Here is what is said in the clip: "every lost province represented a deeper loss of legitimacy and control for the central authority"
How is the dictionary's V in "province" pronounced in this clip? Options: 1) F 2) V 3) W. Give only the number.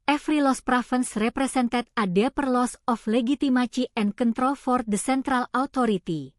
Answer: 1